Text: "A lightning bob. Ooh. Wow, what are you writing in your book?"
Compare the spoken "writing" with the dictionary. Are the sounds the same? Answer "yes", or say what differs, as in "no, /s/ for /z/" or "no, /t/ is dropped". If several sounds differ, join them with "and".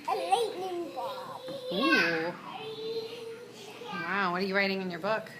yes